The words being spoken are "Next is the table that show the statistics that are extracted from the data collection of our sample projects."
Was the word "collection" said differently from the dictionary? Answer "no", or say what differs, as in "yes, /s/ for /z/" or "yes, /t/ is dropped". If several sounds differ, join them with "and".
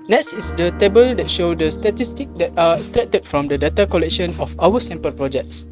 no